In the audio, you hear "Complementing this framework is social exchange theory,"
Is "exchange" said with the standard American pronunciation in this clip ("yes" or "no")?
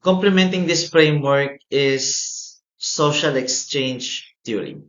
yes